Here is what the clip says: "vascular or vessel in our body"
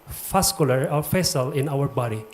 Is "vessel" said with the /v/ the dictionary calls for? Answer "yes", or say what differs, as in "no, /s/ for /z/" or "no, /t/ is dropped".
no, /f/ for /v/